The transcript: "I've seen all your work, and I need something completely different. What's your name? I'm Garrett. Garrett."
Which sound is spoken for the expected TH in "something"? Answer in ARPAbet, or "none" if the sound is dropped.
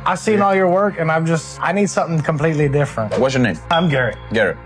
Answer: TH